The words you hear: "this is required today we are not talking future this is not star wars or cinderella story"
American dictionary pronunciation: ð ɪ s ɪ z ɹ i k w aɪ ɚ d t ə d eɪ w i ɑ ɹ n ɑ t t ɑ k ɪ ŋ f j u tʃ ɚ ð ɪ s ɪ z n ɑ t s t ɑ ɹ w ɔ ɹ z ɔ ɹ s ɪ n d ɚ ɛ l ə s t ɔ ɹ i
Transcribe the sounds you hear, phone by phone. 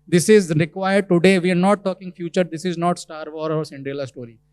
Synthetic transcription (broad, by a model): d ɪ s ɪ z ɹ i k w aɪ ɚ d t ə d eɪ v i ɑ ɹ n ɑ t t ɑ k ɪ ŋ f j u tʃ ɚ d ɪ s ɪ z n ɑ t s t ɑ ɹ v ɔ ɹ ɔ ɹ s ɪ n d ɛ l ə s t ɔ ɹ i